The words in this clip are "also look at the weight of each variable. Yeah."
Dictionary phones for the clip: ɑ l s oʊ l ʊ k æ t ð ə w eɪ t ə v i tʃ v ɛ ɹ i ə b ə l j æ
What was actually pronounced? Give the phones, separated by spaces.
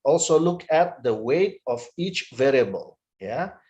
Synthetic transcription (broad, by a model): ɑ l s oʊ l ʊ k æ t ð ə w eɪ t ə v i tʃ v ɛ ɹ i ə b ə l j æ